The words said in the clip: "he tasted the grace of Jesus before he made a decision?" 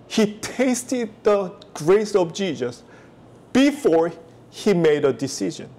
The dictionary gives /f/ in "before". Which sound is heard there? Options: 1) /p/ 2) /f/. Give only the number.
2